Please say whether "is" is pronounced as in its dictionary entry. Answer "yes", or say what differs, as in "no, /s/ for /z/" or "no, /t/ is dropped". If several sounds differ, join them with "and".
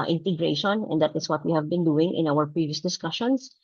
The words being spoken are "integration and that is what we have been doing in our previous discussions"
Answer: no, /s/ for /z/